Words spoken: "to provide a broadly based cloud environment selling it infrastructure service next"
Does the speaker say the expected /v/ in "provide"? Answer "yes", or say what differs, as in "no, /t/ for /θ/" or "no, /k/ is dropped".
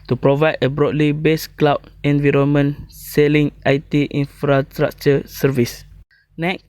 yes